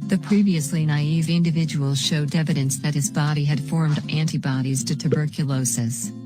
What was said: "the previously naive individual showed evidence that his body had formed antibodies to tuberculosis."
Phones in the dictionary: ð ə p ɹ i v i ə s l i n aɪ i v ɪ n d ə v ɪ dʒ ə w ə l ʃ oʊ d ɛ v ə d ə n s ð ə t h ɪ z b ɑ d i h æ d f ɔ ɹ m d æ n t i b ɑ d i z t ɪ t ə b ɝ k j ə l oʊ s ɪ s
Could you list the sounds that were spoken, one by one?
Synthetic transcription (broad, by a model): ð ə p ɹ i v i ə s l i n aɪ i v ɪ n d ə v ɪ dʒ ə w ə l ʃ oʊ d ɛ v ə d ə n s ð ə t h ɪ z b ɑ d i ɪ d f ɔ ɹ m d æ n t i b ɑ d i z t ɪ t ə b ɝ k j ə l oʊ s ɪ s